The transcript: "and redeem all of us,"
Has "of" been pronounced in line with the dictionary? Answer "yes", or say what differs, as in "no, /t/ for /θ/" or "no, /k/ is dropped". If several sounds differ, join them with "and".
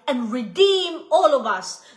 yes